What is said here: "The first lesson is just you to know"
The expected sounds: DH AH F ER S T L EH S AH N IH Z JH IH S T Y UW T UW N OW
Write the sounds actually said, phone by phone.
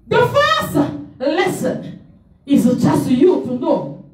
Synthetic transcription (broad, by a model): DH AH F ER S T L EH S AH N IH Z CH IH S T Y UW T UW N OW